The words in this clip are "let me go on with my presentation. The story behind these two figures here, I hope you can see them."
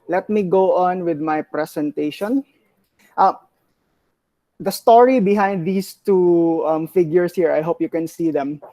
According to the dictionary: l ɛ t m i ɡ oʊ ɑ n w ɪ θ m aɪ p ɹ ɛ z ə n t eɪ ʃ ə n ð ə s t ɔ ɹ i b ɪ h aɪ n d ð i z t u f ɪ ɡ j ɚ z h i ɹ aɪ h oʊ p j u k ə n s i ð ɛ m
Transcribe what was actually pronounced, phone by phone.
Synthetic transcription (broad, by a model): l ɛ t m i ɡ oʊ ɑ n w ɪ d m aɪ p ɹ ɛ s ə n t eɪ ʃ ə n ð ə s t ɔ ɹ i b ɪ h aɪ n d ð i s t u f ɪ ɡ j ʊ s h i ɹ aɪ h oʊ p j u k ə n s i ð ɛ m